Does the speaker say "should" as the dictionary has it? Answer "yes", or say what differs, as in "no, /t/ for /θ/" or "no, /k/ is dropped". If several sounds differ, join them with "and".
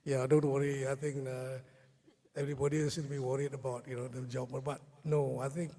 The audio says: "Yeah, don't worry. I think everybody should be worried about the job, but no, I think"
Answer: no, /s/ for /ʃ/